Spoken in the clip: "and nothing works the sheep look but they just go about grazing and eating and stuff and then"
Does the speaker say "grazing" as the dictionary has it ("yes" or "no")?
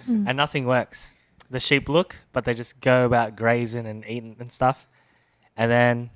yes